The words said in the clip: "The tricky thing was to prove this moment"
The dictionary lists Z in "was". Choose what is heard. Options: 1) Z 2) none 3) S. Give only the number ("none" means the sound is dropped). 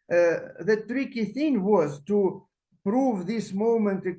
1